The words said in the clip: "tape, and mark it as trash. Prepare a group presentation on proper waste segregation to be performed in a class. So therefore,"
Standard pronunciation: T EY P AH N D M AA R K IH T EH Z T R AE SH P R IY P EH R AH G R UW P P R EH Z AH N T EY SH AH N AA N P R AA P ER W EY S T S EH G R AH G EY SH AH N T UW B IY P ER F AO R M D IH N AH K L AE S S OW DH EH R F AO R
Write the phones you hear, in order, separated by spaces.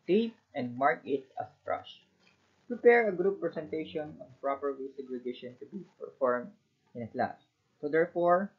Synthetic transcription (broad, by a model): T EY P AH N D M AA R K IH T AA S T R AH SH P R IY P EH R AH G R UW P P R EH S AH N T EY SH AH N AA N P R AA P ER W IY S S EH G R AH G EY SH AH N T UW B IY P ER F AO R M D IH N AH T L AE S S OW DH EH R F AO R